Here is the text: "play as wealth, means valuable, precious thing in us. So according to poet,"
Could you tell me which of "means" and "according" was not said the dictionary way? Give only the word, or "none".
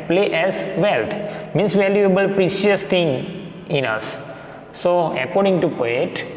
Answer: means